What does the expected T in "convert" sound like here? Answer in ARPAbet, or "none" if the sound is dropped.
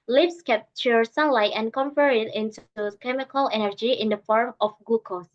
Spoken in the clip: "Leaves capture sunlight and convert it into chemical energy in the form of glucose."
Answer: none